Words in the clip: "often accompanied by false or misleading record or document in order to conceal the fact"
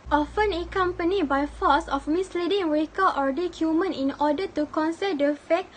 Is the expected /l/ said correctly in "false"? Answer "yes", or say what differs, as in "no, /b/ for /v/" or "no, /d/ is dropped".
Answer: no, /l/ is dropped